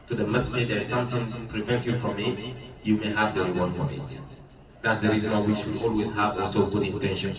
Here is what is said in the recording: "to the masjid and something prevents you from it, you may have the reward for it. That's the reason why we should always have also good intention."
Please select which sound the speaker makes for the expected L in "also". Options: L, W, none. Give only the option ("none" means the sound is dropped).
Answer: none